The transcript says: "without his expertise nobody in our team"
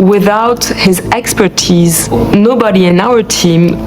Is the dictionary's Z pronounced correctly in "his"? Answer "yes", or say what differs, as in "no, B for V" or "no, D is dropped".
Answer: yes